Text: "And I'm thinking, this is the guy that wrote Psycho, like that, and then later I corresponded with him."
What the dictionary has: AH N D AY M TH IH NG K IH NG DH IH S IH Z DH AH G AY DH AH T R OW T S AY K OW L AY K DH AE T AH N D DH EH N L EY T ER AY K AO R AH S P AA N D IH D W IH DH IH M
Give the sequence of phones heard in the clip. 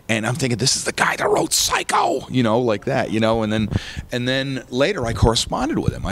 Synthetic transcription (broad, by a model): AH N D AY M TH IH NG K IH NG DH IH S IH Z DH AH G AY DH AH T R OW T S AY K OW L AY K DH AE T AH N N DH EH N L EY T ER AY K AO R AH S P AA N D IH D W IH DH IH M